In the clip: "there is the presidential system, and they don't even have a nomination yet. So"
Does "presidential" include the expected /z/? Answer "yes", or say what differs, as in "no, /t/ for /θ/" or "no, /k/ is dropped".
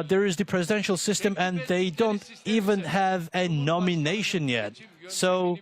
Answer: yes